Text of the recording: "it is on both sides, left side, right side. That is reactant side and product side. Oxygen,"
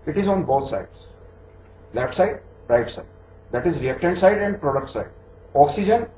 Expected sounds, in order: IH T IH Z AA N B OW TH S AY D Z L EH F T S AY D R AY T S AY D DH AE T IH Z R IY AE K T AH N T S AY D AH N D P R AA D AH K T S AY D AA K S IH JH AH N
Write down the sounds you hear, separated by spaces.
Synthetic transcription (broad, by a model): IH T IH Z AA N B OW T S AY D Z L EH F T S AY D R AY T S AY D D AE T IH Z R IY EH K T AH N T S AY D AH N D P R AA D AH K T S AY D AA K S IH JH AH N